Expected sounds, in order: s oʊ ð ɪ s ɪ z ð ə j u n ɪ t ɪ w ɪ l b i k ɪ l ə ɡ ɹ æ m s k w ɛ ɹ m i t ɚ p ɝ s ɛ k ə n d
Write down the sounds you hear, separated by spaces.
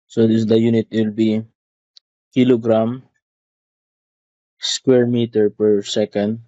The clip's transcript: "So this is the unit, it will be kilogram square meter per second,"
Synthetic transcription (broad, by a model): s oʊ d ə j u n ɪ t w ɪ l b i k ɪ l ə ɡ ɹ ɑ m s k w ɛ ɹ m i t ɚ p ɝ s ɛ k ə n d